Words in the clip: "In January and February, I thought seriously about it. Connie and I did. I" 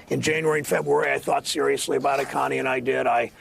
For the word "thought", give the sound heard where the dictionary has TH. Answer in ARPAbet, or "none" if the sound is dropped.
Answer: TH